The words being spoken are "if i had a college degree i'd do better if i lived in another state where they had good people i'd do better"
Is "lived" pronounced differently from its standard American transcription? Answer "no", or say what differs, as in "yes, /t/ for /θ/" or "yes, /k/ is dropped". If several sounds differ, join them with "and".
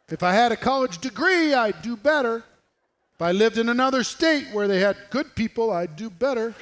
no